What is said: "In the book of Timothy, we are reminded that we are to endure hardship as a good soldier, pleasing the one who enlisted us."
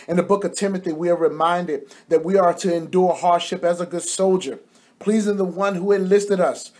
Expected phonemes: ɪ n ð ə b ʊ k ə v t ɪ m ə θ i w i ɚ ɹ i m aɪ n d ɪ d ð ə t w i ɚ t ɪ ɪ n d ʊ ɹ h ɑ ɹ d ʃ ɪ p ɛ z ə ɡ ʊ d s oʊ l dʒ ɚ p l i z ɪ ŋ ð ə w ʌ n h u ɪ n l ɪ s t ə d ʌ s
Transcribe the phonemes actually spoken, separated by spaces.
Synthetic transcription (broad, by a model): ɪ n ð ə b ʊ k ə v t ɪ m ə θ i w i ɚ ɹ i m aɪ n d ɪ d ð ə t w i ɚ t ɪ ɪ n d ʊ ɹ h ɑ ɹ d ʃ ɪ p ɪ z ə ɡ ʊ d s oʊ l dʒ ɚ p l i z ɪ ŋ ð ə w ʌ n h u ɪ n l ɪ s t ə d ʌ s